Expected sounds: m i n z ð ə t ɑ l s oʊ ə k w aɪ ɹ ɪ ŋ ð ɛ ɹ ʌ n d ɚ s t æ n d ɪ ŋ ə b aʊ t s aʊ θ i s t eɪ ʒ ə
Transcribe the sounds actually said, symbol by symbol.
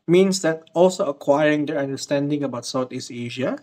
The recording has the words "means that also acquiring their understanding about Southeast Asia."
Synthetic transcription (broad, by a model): m i n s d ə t ɑ l s oʊ ə k w aɪ ɹ ɪ ŋ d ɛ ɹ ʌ n d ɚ s t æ n d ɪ ŋ ə b aʊ t s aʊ t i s eɪ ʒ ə